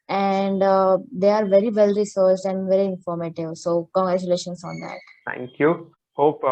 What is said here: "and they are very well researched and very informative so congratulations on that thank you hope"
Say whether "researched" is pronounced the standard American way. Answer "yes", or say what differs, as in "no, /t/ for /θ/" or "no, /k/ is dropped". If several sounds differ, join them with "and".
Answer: no, /s/ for /tʃ/